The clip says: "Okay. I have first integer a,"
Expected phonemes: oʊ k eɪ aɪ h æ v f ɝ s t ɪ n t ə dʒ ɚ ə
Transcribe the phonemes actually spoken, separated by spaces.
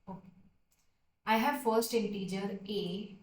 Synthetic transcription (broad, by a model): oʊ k aɪ h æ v f ɝ s t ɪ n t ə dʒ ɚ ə